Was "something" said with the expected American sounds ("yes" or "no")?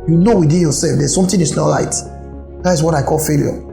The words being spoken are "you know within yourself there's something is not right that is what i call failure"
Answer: no